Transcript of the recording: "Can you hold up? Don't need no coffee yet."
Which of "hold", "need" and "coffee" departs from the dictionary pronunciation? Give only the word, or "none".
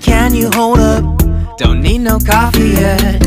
none